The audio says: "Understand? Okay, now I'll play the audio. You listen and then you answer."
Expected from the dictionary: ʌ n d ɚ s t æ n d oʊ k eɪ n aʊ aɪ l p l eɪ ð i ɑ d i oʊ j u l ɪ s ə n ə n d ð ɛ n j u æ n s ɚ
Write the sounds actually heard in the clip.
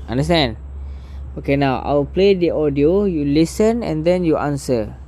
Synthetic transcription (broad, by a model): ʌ n d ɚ s t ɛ n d oʊ k eɪ n aʊ aɪ w p l eɪ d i ɑ d i oʊ j u l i s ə n ə n d ɛ n j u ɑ n s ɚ